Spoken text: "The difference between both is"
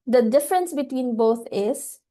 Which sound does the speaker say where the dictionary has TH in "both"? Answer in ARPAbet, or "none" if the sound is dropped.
T